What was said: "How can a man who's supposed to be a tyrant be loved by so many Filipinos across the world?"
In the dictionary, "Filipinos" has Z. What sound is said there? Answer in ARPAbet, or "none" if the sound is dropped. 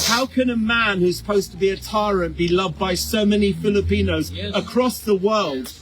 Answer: Z